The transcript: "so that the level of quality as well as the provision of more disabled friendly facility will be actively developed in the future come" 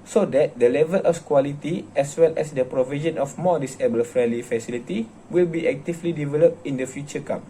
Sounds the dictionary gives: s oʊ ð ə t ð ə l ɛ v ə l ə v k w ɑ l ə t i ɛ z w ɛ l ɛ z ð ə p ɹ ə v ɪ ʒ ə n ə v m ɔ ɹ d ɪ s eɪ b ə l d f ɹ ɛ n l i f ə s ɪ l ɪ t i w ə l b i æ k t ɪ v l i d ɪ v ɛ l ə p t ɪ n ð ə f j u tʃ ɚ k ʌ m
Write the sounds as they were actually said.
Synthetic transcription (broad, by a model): s oʊ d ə t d ə l ɛ v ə l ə f k w ɑ l ə t i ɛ s w ɛ l ɛ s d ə p ɹ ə v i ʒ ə n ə f m ɔ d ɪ s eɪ b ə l f ɹ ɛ l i f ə s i l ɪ t i w ə l b i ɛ k t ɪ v l i d ɪ v ɛ l ə p t ɪ n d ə f j u tʃ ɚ k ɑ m